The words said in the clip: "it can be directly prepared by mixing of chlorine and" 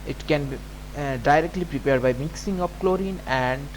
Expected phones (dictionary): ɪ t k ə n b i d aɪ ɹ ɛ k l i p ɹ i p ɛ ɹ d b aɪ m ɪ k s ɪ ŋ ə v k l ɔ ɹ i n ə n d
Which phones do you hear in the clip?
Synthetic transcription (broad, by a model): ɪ t k ə n b i d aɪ ɹ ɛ k l i p ɹ i p ɛ ɹ d b aɪ m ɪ k s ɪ ŋ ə p k l ɔ ɹ i n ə n d